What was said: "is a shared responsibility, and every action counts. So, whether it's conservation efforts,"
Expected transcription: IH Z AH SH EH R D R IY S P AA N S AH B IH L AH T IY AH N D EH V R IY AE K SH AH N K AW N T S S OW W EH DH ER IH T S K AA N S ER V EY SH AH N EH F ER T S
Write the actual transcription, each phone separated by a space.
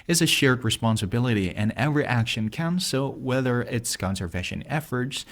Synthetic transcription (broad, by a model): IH Z AH SH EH R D R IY S P AA N S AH B IH L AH T IY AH N EH V R IY AE K SH AH N K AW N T S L W EH DH ER IH T S K AA N S ER V EY SH AH N EH F ER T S